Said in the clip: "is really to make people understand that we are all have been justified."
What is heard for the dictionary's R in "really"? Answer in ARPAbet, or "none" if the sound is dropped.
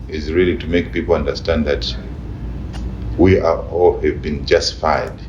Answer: R